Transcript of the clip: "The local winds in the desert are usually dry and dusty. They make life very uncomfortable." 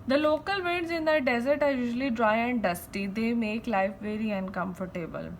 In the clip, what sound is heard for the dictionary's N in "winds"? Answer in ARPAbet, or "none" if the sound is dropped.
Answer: none